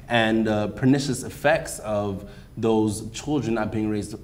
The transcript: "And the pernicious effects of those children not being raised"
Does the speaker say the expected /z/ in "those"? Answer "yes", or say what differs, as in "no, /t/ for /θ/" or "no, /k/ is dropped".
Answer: yes